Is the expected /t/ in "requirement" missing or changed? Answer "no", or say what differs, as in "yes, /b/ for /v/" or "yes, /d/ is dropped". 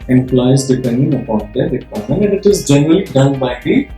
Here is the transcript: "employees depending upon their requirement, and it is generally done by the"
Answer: yes, /t/ is dropped